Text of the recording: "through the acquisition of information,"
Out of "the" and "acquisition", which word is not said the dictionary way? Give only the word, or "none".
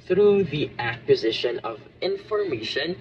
none